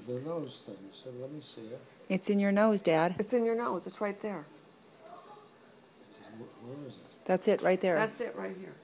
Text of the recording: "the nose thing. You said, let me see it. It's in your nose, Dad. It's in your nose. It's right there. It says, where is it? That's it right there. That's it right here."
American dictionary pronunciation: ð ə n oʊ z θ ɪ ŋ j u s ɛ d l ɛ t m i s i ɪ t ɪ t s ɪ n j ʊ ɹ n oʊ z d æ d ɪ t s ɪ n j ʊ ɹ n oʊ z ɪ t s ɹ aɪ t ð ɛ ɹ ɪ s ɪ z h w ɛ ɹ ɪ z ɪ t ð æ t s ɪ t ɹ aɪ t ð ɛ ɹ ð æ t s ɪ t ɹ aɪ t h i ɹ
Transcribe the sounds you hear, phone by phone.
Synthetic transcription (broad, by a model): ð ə n oʊ z t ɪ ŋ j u s ɛ d l ɛ t m i s i ɪ t ɪ t s ɪ n j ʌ ɹ n oʊ z d æ d ɪ t s ɪ n j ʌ ɹ n oʊ z ɪ t s ɹ aɪ t ð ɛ ɹ ɪ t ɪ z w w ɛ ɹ ɪ z ɪ t ð æ t s ɪ t ɹ aɪ t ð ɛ ɹ ð æ t s ɪ t ɹ aɪ t h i ɹ